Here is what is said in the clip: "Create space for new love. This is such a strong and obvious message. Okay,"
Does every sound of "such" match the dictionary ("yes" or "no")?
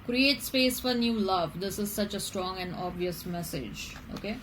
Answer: yes